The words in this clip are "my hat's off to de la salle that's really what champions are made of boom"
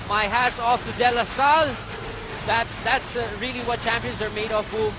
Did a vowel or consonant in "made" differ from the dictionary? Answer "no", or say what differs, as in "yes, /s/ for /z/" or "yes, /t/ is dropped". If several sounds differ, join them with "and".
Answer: no